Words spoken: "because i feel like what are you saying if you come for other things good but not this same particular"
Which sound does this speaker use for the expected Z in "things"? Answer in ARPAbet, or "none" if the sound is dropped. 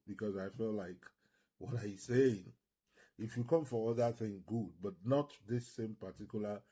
none